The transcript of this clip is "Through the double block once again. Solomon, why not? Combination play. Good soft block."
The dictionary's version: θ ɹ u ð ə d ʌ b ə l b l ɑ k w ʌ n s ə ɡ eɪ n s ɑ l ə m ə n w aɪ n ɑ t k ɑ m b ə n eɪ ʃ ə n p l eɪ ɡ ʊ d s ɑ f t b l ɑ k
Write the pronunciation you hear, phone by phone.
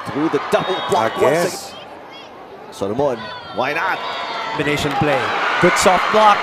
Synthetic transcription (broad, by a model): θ ɹ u ð ə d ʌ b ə l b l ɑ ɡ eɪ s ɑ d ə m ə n w aɪ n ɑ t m ə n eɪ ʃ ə n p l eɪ ɡ ʊ d s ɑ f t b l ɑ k